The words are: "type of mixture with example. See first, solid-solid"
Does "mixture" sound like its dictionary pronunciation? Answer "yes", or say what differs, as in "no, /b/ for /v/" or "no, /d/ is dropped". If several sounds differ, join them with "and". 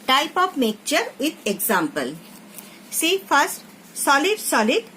no, /s/ is dropped